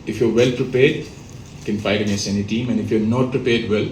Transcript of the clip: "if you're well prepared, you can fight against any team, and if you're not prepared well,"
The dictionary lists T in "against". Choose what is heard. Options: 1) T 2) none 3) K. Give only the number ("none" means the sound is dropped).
2